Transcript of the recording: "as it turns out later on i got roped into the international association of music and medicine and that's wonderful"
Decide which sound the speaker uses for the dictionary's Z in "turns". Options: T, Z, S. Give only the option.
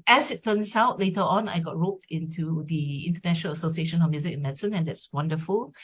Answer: S